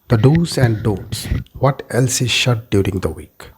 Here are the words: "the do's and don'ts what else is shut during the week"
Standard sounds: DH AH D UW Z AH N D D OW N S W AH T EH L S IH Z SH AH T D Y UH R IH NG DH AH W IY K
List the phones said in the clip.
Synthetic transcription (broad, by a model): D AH D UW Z AH N D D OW S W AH T EH L S IH Z SH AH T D Y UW R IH NG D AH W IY K